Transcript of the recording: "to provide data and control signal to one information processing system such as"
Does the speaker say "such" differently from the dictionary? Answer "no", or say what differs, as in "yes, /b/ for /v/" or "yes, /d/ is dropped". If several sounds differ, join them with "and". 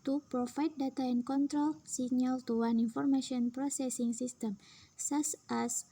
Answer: yes, /s/ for /tʃ/